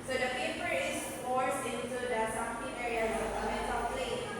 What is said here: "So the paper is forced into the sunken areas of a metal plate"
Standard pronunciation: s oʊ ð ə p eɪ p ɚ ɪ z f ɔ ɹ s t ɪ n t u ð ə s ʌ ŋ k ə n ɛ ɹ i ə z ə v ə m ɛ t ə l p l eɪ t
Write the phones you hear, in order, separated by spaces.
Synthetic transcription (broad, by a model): s oʊ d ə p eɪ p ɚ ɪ s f ɔ ɹ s ɪ n t u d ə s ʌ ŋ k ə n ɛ ɹ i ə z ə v ə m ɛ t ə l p l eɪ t